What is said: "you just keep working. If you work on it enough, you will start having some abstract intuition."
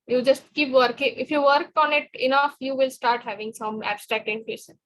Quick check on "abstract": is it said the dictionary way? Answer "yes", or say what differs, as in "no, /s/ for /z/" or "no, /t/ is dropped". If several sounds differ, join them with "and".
yes